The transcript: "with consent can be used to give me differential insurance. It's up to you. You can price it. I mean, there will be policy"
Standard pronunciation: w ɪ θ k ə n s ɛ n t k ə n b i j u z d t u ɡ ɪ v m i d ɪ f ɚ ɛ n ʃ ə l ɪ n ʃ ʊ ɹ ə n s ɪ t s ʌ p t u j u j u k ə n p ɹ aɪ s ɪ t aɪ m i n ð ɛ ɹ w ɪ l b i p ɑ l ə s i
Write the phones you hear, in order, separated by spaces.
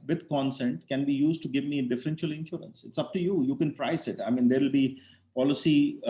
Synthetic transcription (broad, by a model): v ɪ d k ə n s ɛ n t k ə n b i j u z d t u ɡ ɪ v m i d ɪ f ɚ ɛ n ʃ ə l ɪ n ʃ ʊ ɹ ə n s ɪ t s ʌ p t u j u j u k ə n p ɹ aɪ s ɪ t aɪ m i n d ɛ ɹ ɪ l b i p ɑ l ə s i